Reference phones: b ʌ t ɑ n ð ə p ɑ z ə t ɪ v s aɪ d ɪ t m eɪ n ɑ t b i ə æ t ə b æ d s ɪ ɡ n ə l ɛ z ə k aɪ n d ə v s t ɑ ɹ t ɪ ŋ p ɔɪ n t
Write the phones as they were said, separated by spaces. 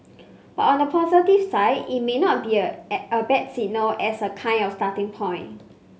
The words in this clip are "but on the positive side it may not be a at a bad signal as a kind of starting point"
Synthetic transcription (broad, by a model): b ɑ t ɑ n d ə p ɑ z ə t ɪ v s aɪ d ɪ t m eɪ n ɑ t b i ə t ə b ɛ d s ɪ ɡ n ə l ɛ s ə k aɪ n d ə f s t ɑ t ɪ ŋ p ɔɪ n